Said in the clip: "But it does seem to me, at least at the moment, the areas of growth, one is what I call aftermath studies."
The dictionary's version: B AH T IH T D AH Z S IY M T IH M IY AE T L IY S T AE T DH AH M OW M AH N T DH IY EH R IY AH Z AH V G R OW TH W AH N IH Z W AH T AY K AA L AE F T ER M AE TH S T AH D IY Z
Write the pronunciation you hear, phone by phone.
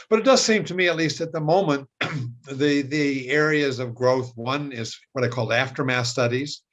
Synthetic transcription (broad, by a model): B AH T IH T D AH Z S IY M T IH M IY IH T L IY S T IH T DH AH M OW M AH N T DH IY EH R IY AH Z AH V G R OW TH W AH N IH Z W AH T AY K AA L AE F T ER M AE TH S T AH D IY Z